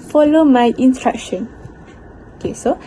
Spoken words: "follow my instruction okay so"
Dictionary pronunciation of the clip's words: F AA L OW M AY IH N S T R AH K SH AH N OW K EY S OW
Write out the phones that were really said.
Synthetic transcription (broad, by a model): F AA L OW M AY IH N T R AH K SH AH N OW K EY S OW